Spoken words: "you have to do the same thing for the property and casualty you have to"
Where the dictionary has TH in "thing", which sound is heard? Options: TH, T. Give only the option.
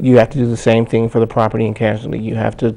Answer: TH